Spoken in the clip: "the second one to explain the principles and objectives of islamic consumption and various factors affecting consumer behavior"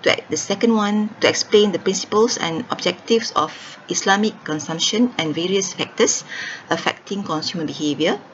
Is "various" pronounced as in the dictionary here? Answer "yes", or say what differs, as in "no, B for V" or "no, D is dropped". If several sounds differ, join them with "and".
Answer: yes